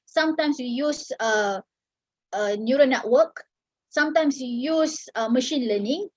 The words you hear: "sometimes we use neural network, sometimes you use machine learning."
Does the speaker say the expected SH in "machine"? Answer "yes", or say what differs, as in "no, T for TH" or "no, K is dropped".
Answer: yes